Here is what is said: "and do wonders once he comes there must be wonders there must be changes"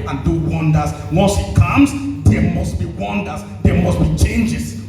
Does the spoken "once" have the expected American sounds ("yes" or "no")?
no